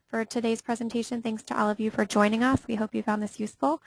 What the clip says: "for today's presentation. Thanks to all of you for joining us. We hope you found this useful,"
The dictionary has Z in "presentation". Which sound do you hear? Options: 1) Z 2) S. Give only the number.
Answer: 1